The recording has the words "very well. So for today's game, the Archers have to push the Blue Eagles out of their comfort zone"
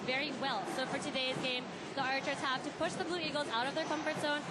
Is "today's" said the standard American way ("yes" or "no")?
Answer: yes